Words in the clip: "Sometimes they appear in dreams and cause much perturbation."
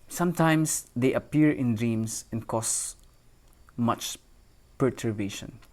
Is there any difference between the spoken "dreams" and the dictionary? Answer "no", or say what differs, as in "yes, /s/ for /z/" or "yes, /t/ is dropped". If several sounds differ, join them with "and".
yes, /s/ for /z/